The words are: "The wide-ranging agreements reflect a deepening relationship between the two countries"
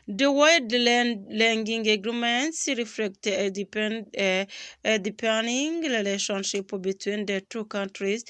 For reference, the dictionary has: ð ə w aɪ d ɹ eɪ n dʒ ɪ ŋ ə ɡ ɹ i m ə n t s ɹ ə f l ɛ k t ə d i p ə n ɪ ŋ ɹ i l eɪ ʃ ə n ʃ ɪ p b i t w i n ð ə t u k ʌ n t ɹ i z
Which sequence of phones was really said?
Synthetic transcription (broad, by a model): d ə w aɪ d l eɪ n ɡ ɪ ŋ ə ɡ ɹ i m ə n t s ɹ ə f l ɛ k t d i p ə n ɪ ŋ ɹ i l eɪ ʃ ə n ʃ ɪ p b i t w i n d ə t u k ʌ n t ɹ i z